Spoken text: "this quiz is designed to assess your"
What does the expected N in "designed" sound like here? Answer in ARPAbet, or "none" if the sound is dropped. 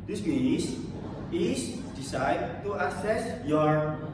none